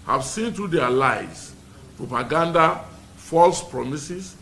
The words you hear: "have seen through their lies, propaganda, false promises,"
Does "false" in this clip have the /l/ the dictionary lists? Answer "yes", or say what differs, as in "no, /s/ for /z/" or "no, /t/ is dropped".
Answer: yes